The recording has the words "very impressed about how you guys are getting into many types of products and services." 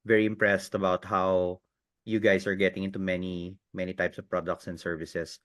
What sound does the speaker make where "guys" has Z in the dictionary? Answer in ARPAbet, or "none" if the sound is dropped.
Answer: S